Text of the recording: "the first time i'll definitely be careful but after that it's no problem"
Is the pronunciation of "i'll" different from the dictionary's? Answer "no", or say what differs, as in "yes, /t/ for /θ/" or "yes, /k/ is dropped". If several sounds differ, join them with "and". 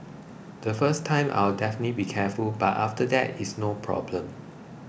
yes, /w/ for /l/